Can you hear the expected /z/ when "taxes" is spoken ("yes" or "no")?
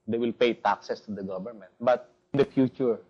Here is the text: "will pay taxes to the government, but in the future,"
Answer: no